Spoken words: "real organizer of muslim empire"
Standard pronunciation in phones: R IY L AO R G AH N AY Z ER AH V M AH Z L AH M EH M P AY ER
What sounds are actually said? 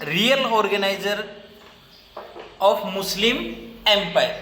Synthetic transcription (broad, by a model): R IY L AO R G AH N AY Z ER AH P M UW S L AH M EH M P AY